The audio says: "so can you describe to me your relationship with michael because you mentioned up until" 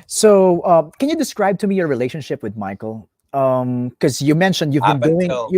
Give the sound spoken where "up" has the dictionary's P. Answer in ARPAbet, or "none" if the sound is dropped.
B